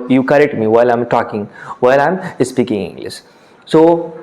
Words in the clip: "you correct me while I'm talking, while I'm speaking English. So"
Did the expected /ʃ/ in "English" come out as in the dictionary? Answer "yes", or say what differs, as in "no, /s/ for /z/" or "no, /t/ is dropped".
no, /s/ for /ʃ/